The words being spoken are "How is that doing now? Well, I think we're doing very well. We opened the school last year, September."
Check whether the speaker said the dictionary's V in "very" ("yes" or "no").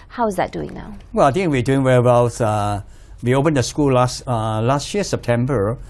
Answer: no